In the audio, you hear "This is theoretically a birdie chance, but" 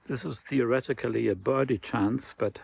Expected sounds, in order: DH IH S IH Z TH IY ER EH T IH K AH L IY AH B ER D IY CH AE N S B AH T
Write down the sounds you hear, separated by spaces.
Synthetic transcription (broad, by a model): DH IH S IH Z TH IY ER EH T IH K AH L IY AH B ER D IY CH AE N S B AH T